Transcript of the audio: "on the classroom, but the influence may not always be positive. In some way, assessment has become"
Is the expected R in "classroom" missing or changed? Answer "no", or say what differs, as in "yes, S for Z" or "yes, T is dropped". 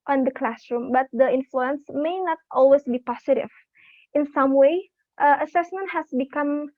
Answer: no